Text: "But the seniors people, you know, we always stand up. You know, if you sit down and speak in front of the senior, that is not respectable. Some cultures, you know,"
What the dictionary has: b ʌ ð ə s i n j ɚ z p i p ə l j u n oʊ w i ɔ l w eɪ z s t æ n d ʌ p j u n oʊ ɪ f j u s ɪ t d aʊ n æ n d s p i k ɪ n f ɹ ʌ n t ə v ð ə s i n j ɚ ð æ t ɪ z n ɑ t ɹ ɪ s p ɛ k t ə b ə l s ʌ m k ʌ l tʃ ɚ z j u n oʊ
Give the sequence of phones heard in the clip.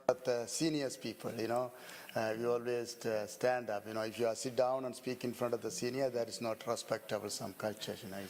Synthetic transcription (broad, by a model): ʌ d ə s i n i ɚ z p i p ə l j u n oʊ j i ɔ l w eɪ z s t æ n d ʌ p j u n oʊ ɪ f j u s ɪ t d aʊ n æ n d s p i k ɪ n f ɹ ʌ n t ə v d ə s i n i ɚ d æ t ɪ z n ɑ t ɹ ɪ s p ɛ k t ə b ə l s ʌ m k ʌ l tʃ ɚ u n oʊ